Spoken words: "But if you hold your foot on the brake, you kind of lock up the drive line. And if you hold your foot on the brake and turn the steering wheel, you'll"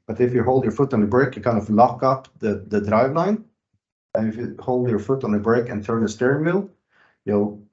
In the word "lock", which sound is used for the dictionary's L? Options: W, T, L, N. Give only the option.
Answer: L